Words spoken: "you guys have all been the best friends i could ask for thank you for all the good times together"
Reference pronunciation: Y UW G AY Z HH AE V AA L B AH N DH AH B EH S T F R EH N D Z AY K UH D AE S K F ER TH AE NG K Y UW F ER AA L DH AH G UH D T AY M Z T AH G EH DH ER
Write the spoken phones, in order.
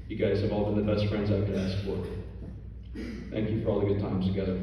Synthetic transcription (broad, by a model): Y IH G AY Z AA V AA L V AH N DH AH B EH S T F R EH N D Z AY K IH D AE S K F ER TH AE NG K Y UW F ER AA L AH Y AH T AY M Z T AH G EH DH ER